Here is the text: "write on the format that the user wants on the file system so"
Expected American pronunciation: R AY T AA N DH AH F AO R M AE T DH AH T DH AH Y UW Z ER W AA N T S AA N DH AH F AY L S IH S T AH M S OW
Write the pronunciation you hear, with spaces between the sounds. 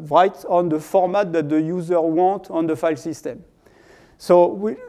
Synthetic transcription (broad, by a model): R AY T AA N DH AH F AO R M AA T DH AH T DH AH Y UW Z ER W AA T AA N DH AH F AY L S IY S T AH M S OW